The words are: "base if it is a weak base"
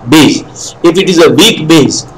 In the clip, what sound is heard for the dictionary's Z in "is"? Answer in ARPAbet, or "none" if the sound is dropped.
Z